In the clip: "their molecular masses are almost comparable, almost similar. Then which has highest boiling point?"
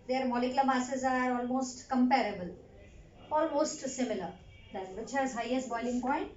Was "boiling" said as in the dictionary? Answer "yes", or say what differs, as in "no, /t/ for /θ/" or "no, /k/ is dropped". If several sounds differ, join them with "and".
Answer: yes